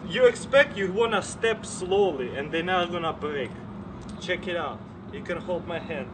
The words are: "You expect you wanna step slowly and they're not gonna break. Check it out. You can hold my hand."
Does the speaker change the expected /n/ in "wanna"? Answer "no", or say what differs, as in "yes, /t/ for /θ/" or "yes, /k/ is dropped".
no